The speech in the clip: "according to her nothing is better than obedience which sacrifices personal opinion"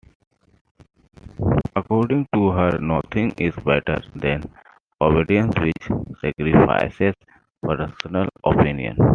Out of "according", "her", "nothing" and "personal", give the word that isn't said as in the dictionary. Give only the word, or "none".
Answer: nothing